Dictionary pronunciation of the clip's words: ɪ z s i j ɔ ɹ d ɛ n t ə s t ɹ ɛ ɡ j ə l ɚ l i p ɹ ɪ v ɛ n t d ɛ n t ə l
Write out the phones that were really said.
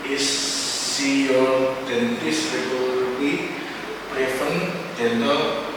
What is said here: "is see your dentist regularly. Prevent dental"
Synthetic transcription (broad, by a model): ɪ s i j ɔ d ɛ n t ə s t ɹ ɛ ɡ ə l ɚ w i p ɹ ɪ f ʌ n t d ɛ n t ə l